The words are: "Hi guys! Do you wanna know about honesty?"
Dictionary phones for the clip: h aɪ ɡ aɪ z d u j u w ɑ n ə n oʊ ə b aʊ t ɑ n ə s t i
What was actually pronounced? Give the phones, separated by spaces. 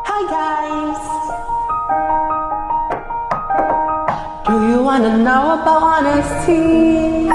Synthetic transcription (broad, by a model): h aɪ ɡ aɪ z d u j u w ɑ n ə n oʊ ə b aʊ ɑ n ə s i